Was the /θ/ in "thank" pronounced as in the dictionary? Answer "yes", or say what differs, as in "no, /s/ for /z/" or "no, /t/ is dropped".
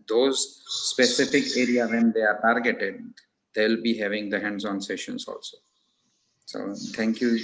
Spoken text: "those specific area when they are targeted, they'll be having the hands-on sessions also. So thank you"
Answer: no, /t/ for /θ/